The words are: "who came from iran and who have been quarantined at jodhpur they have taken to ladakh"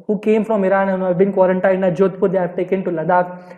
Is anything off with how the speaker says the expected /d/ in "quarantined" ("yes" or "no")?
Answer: yes